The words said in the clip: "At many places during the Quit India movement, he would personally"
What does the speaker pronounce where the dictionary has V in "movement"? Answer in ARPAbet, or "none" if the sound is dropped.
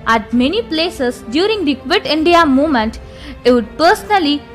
none